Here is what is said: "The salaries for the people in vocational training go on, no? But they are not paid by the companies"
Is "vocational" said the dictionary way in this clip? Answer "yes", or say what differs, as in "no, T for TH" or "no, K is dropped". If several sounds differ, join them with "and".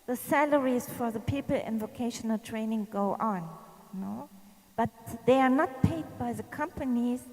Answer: yes